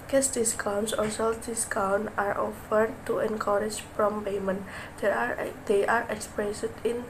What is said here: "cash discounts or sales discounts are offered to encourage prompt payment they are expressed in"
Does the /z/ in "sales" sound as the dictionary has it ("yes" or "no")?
no